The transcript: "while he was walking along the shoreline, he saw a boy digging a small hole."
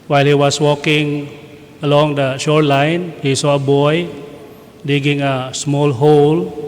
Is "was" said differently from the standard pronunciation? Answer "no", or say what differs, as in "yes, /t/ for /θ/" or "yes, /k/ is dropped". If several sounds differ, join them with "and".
yes, /s/ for /z/